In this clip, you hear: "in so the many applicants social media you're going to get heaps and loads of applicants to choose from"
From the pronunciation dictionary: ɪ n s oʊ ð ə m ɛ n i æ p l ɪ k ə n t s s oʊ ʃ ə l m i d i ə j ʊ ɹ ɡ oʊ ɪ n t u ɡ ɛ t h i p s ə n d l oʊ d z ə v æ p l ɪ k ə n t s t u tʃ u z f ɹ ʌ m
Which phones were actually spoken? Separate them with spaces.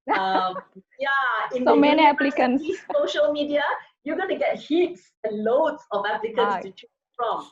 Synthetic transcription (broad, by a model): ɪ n s oʊ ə m ɛ n i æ p l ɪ k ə n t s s oʊ ʃ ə l m i d i ə j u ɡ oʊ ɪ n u ɡ ɛ t h i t s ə n l oʊ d s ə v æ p l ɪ k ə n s t u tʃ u f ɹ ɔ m